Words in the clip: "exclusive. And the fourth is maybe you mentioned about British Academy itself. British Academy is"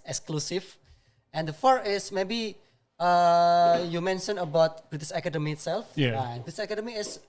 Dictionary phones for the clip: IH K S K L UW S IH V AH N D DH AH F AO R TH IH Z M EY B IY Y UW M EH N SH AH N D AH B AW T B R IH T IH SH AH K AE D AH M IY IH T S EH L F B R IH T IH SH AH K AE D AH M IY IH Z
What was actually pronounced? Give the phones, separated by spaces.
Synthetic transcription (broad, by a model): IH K S K L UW S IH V AH N D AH F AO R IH S M EY B IY Y UW M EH N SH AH N AH B AW T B R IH T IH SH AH K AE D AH M IY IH T S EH L F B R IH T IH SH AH K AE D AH M IY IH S